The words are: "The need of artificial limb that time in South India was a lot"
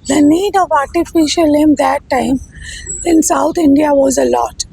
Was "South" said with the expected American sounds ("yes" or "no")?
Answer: no